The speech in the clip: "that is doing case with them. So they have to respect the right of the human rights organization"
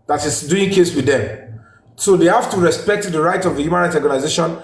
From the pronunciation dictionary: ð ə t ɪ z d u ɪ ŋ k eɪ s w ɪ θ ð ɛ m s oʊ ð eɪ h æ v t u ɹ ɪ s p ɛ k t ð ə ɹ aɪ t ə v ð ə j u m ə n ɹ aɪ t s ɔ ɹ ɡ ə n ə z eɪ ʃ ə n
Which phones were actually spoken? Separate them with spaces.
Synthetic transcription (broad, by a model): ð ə t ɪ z d u ɪ ŋ k eɪ s w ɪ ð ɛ m s oʊ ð eɪ h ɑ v t u ɹ ɪ s p ɛ k t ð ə ɹ aɪ t ə v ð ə j u m ə n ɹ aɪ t ɔ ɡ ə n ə z eɪ ʃ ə n